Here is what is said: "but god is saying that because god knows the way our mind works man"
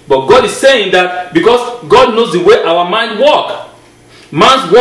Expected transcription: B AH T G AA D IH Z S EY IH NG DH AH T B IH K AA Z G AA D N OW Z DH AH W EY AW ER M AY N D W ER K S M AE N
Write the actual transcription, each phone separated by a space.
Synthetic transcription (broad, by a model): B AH T G AA D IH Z S EY IH NG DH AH T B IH K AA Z G AA D N OW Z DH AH W EY AW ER M AY N D W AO K M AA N